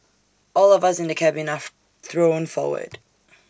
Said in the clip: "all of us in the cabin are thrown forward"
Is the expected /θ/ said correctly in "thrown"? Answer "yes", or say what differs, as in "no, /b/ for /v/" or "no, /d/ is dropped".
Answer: yes